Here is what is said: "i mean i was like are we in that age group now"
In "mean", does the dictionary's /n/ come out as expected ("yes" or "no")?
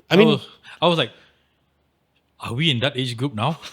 no